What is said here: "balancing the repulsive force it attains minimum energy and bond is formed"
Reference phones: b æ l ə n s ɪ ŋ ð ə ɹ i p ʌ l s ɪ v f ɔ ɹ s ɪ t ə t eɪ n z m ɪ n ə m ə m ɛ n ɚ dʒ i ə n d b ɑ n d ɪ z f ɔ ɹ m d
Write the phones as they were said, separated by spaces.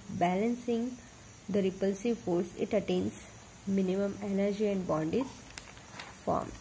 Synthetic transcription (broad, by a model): b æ l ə n s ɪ ŋ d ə ɹ i p ʌ l s ɪ v f ɔ ɹ s ɪ t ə t eɪ n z m ɪ n ə m ə m ɛ n ɚ dʒ i ə n d b ɑ n d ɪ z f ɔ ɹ m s